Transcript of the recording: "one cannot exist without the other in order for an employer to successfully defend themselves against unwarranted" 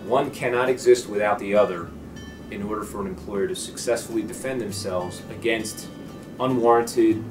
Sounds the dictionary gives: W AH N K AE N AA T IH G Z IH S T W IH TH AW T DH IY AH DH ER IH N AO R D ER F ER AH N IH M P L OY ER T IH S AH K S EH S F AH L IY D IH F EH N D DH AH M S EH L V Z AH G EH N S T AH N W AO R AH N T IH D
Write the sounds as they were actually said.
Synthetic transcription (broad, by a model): W AH N K AE N AA T IH G Z IH S T W IH TH AW T DH IY AH DH ER IH N AO R D ER F ER AH N IH M P L OY ER T IH S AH K S EH S F L IY D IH F EH N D DH AH M S EH L V Z AH G EH N S T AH N W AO R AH N T IH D